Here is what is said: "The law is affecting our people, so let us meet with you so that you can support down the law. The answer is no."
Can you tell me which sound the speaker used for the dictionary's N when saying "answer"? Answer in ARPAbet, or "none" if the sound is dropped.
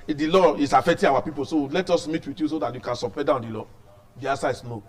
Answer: none